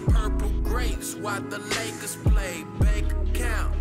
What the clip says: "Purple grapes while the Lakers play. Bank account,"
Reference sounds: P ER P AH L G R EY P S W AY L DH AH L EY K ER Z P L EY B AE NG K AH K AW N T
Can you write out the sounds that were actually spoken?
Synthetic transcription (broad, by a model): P ER P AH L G R EY S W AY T DH AH L EY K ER S P L EY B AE K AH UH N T